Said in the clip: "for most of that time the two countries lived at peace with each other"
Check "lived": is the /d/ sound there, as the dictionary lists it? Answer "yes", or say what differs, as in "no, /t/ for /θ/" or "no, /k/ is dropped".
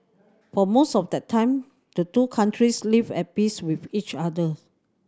no, /d/ is dropped